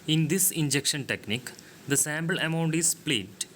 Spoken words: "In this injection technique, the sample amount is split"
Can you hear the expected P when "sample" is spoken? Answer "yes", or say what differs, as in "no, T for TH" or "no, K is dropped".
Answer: no, B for P